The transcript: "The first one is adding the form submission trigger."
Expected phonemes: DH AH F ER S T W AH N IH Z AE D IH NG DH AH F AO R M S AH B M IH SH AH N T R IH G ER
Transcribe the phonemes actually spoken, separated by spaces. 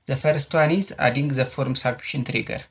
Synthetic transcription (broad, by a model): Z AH F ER S T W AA N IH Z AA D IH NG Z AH F AO R M S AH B IH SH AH N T R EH G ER